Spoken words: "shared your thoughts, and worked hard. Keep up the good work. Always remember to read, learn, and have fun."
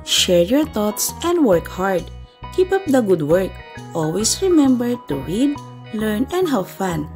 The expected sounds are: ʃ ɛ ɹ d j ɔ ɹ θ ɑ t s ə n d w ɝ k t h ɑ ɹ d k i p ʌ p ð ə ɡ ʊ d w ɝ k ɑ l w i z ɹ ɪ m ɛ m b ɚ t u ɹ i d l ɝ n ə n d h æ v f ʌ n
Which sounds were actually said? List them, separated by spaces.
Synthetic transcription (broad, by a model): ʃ ɛ ɹ j ɔ ɹ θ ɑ t s ə n d w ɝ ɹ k h ɑ ɹ d k i p ʌ p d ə ɡ ʊ d w ɝ k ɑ l w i s ɹ ɪ m ɛ m b ɚ t u ɹ i d l ɝ n ə n d h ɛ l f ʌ n